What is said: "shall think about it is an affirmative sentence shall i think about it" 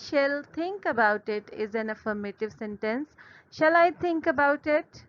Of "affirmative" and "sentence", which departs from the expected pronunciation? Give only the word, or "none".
none